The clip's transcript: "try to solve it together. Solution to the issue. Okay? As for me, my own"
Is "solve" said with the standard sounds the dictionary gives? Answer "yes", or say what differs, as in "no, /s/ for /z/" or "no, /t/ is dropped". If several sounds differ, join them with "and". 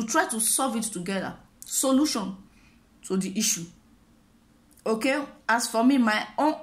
no, /l/ is dropped